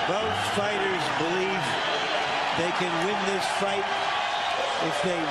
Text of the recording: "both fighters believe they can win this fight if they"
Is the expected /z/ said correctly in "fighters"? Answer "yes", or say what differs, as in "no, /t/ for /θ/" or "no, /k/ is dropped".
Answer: yes